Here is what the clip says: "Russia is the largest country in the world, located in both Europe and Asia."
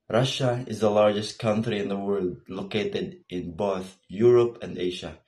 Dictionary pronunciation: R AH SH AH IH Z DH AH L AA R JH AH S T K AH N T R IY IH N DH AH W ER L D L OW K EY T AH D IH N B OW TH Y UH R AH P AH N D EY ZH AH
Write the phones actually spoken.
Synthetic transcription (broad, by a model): R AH SH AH IH Z DH AH L AA R JH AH S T K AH N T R IY IH N DH AH W ER L D L OW K EY T AH D IH N B OW TH Y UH R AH P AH N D EY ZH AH